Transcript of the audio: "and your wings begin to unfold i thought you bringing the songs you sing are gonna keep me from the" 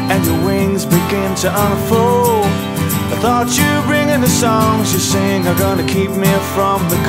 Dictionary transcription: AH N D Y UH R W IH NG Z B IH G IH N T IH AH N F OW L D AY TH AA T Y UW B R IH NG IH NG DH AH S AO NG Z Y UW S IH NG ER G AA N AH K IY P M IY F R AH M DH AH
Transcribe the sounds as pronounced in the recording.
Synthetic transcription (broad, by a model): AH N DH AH W IH NG Z B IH G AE N T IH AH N F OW L AY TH AA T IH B R IH NG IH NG DH AH S AO NG Z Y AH S IH NG ER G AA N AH K IY P M IY F R AH M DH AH